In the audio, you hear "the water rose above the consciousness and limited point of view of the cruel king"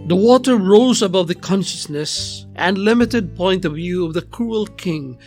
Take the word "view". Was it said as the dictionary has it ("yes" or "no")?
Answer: yes